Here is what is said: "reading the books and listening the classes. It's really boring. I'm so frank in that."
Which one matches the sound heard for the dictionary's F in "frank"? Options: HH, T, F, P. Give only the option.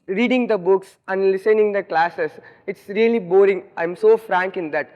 F